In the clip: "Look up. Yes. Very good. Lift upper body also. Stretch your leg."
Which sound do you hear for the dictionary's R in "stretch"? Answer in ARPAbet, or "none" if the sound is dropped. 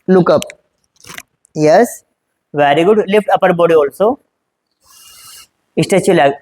none